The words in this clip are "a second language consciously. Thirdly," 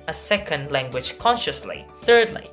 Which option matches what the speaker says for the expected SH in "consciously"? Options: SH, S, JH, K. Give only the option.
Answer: SH